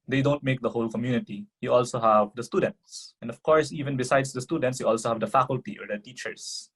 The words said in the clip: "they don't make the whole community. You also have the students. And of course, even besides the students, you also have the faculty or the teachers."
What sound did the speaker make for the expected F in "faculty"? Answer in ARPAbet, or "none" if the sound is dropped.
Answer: F